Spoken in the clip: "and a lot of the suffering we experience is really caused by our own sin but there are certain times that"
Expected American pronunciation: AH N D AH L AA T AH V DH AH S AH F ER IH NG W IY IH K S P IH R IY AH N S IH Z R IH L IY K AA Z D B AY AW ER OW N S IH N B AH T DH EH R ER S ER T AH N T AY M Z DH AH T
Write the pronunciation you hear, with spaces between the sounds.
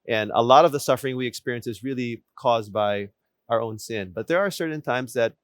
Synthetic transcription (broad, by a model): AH N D AH L AA T AH V DH AH S AH F ER IH NG W IY IH K S P IH R IY AH N S IH Z R IH L IY K AA Z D B AY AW ER OW N S IH N B AH T DH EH R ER S ER T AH N T AY M Z DH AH T